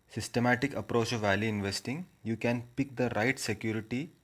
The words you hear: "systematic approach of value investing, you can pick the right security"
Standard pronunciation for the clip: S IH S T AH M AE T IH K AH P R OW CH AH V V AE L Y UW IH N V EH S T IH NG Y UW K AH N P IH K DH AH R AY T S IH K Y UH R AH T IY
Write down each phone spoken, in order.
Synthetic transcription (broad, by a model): S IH S T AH M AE T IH K AH P R OW CH AH V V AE L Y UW IH N V EH S T IH NG Y UW K AH N P IH K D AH R AY T S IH K Y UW R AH T IY